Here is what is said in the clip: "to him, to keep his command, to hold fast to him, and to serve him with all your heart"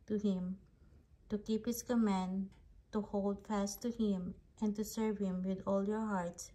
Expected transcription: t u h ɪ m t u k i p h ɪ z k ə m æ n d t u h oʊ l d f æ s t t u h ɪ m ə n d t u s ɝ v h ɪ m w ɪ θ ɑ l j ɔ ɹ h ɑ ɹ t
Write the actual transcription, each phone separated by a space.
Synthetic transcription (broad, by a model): t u h ɪ m t u k i p h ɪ s k ə m æ n d t u h oʊ l d f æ s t t u h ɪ m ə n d t u s ɝ v h ɪ m w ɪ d ɑ l j ɔ ɹ h ɑ ɹ t